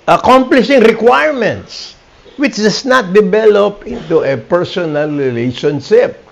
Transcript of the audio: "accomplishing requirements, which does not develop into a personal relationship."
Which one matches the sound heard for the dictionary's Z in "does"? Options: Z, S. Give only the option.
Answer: S